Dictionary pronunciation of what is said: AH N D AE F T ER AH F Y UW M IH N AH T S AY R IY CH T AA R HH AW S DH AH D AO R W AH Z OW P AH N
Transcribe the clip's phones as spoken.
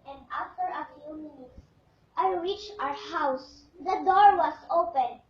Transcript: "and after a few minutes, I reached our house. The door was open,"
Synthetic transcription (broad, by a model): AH N D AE F T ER AH F Y UW M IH N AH T S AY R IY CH AA R HH AW S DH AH D AO R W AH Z OW P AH N